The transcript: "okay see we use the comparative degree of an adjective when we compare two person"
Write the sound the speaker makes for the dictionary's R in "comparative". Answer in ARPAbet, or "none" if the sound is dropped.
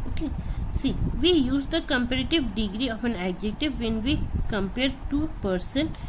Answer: R